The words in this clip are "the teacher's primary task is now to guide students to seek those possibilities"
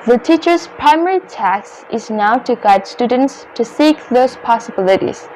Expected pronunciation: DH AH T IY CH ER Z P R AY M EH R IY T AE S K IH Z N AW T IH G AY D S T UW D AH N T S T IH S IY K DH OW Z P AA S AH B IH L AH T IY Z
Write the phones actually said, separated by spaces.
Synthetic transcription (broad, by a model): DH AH T IY CH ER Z P R AY M EH R IY T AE S IH Z N AW T IH G AY D S T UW D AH N T S T IH S IY K DH OW Z P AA S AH B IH L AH T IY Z